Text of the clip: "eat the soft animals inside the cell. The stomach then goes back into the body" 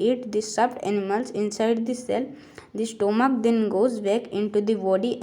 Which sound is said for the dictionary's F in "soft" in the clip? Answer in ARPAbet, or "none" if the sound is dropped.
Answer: P